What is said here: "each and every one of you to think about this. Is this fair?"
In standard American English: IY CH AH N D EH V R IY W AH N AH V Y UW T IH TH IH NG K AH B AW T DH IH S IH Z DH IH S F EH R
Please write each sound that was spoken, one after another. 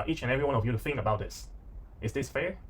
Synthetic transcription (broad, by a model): IY CH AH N EH V R IY W AH N AH V Y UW T IH TH IH NG K AH B AW T DH IH S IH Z DH IH S F EH R